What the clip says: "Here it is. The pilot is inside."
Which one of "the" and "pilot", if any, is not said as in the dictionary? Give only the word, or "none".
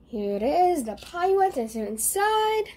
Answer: pilot